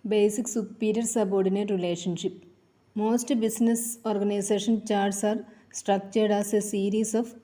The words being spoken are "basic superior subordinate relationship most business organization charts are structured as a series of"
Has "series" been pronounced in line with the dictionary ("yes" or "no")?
no